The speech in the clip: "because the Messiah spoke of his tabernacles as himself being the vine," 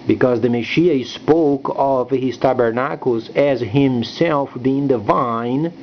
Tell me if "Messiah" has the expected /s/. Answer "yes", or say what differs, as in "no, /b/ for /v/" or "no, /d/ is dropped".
no, /ʃ/ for /s/